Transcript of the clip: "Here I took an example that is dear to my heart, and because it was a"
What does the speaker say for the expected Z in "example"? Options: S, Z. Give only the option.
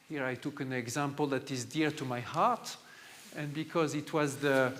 Z